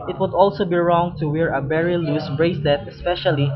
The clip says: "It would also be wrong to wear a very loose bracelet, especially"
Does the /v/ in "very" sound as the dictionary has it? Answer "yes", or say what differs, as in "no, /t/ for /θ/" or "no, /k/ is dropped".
no, /b/ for /v/